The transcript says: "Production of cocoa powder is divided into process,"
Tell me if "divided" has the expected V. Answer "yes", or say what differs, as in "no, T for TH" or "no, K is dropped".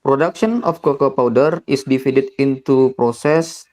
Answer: no, F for V